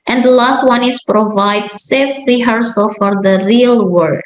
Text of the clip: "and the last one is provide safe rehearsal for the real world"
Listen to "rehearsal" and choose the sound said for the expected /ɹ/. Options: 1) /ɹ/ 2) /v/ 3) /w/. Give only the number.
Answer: 1